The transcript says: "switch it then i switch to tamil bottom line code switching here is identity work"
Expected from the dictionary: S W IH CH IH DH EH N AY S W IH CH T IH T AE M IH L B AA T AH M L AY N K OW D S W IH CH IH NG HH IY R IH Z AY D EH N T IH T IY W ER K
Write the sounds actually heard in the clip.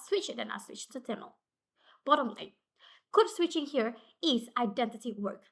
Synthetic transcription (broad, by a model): S W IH CH IH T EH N AY S W IH CH T IH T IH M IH L B AA T AH M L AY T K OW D S W IH CH IH NG HH IY R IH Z AY D EH N T IH T IY W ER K